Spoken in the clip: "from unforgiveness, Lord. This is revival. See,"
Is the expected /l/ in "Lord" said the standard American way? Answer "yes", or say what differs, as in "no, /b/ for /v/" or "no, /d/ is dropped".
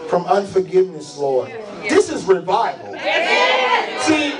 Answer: yes